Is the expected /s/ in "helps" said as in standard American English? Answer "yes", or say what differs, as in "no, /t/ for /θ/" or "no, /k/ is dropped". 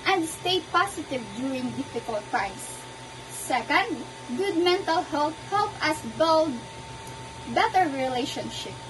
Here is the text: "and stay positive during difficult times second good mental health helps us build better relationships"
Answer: no, /s/ is dropped